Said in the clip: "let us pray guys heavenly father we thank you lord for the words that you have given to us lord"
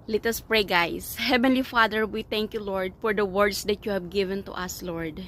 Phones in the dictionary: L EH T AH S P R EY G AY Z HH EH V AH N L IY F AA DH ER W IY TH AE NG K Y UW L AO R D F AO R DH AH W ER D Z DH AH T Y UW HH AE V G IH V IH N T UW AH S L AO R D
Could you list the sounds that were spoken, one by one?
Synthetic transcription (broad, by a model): L EH T AH S P R EY G AY S HH EH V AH N L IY F AA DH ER W IY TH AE NG K Y UW L AO R D F AO R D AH W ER D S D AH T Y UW HH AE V G IH V IH N T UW AH S L AO R D